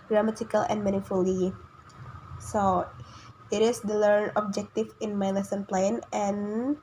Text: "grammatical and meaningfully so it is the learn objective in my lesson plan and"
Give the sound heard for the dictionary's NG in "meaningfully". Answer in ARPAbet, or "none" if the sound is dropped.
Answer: none